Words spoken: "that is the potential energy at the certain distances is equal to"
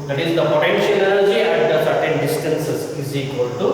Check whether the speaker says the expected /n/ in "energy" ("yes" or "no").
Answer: no